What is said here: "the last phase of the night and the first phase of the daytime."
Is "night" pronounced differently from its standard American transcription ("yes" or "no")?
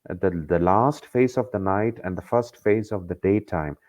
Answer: no